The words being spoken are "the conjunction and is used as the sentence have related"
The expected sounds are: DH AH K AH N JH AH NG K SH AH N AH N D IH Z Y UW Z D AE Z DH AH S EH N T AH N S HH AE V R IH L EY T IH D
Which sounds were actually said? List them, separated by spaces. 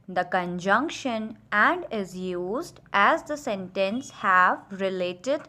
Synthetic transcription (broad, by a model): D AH K AH N JH AH NG K SH AH N AH N D IH Z Y UW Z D AE Z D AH S EH N T AH N S HH AE V R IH L EY T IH D